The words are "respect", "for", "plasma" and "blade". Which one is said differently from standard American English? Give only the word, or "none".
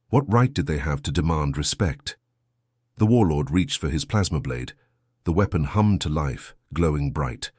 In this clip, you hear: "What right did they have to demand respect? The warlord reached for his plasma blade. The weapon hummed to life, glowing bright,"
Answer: none